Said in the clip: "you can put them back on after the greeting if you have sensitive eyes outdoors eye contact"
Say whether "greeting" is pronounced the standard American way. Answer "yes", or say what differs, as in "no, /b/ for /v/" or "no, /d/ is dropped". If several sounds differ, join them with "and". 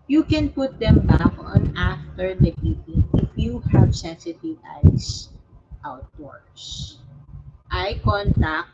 no, /ɹ/ is dropped